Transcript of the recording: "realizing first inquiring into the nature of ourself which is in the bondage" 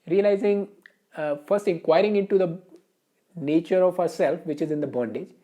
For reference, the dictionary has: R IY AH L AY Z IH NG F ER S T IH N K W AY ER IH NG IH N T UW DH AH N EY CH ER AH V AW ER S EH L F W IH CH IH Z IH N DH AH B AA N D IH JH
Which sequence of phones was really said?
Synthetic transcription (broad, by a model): R IY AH L AY Z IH NG F ER S T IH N K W AY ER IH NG IH N T UW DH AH N EY CH ER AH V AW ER S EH L F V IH CH IH Z IH N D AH B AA N D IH JH